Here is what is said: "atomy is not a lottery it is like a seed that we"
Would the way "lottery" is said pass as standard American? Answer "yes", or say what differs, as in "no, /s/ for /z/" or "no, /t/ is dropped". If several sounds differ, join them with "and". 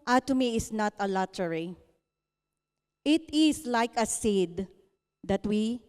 yes